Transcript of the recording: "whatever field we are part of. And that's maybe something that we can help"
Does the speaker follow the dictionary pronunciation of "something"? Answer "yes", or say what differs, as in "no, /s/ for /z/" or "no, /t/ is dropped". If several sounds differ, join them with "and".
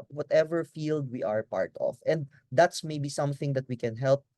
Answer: yes